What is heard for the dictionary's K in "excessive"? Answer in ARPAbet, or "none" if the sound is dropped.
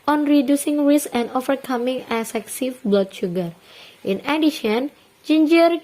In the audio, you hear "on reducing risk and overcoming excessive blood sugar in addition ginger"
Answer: none